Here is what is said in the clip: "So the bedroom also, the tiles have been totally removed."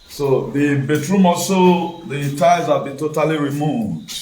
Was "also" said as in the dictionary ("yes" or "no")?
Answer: no